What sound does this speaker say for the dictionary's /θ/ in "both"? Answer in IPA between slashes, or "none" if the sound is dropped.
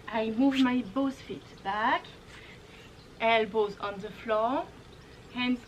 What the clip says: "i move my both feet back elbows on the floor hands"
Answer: /s/